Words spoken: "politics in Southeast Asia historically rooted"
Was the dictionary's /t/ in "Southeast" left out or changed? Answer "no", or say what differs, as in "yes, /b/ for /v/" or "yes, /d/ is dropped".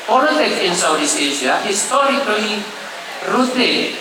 yes, /t/ is dropped